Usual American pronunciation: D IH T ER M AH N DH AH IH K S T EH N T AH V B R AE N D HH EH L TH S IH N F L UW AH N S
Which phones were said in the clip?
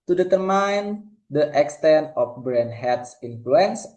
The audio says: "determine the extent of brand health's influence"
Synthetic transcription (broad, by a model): D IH T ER M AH N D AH IH K S T EH N T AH F B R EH N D HH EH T S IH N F L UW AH N S